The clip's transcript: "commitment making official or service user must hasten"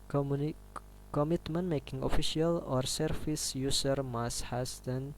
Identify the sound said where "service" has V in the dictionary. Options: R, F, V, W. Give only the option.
F